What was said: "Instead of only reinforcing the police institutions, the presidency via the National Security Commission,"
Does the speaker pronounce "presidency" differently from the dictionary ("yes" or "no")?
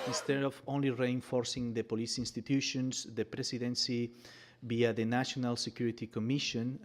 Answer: yes